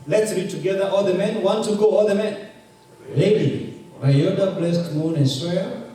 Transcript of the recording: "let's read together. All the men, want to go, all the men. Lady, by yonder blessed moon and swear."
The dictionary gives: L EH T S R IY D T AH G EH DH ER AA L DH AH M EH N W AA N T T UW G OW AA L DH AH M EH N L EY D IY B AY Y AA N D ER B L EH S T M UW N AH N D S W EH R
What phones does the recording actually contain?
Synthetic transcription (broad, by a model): L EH T S R IY D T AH G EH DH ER AA L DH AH M EH N W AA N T T UW G OW AA L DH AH M EH N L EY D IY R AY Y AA D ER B L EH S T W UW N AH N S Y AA